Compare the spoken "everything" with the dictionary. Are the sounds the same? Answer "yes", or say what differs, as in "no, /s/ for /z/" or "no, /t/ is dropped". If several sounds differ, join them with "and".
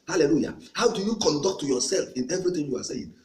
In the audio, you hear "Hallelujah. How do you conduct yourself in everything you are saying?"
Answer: no, /t/ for /θ/